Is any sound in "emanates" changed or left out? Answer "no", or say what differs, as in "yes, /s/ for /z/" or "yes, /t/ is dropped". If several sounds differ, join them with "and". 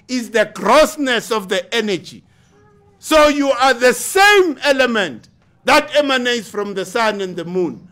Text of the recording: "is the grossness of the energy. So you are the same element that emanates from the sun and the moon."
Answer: no